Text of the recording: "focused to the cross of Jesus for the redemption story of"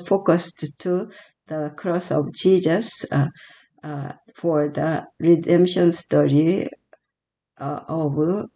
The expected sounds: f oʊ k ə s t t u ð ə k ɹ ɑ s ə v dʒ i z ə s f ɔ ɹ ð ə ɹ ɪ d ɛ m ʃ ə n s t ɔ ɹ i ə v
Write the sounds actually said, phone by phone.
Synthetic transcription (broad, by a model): f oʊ k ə s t t u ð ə k ɹ ɑ s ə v dʒ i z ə s f ɔ ɹ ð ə ɹ ɪ d ɛ m ʃ ə n s t ɔ ɹ i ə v